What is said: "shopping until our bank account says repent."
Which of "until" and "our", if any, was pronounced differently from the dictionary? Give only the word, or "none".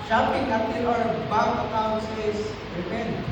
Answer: until